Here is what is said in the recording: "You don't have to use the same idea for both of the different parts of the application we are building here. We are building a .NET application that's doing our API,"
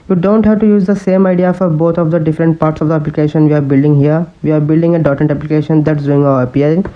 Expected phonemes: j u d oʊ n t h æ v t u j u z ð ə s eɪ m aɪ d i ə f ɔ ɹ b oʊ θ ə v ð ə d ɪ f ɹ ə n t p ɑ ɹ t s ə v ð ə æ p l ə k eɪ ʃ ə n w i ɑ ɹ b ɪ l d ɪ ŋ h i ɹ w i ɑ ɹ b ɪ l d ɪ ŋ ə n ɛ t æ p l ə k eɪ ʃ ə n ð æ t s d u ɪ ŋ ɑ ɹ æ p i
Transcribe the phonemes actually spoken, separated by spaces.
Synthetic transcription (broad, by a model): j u d oʊ n t h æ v t u j u z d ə s eɪ m aɪ d i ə f ɔ ɹ b oʊ t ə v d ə d ɪ f ɹ ə n t p ɑ ɹ t s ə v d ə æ p l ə k eɪ ʃ ə n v i ɑ ɹ b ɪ l d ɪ ŋ h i ɹ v i ɑ ɹ b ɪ l d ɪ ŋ ə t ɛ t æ p l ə k eɪ ʃ ə n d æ t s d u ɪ ŋ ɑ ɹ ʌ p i